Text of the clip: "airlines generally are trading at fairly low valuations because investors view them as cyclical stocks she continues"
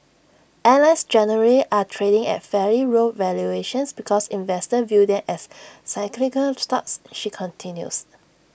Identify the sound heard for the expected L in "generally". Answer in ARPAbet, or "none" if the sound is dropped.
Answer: none